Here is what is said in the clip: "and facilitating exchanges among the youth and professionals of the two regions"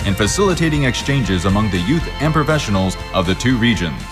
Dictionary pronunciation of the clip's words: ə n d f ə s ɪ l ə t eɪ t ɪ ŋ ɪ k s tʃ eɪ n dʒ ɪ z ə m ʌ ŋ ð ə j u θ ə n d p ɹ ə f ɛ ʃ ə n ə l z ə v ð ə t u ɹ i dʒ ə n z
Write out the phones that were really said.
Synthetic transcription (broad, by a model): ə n f ə s ɪ l ə t eɪ t ɪ ŋ ɪ k s tʃ eɪ n dʒ ɪ z ə m ʌ ŋ ð ə j u θ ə n p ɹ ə f ɛ ʃ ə n l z ə v ð ə t u ɹ i dʒ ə n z